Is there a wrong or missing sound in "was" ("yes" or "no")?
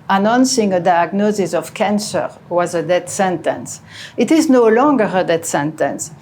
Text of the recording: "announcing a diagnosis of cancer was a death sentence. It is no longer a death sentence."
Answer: no